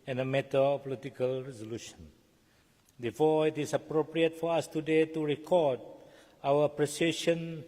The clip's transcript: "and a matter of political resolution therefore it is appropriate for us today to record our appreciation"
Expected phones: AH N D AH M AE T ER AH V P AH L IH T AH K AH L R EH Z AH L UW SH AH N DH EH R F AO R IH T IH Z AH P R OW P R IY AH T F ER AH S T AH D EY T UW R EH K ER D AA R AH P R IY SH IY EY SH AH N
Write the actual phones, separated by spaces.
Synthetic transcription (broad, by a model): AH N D AH M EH T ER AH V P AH L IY T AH K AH L R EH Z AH L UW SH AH N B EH F AO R IH T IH S AH P R OW P R IY AH T F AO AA S T AH D EY T UW R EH K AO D AA W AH P R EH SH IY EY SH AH N